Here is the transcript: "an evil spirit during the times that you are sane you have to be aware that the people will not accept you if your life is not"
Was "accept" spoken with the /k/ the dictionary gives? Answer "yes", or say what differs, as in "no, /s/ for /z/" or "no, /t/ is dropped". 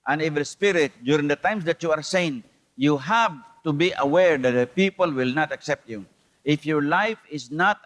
yes